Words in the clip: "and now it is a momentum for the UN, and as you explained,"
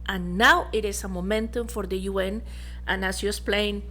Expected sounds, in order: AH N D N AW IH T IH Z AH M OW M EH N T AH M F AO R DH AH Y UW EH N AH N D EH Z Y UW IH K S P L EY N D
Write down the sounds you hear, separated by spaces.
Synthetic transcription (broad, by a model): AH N N AW IH T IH S AH M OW M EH N T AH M F AO R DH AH Y UW EH N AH N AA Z Y UW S P L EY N